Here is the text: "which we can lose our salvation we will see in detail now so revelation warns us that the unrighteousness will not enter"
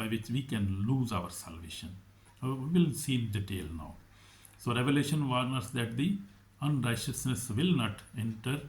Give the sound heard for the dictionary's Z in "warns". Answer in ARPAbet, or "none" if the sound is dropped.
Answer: none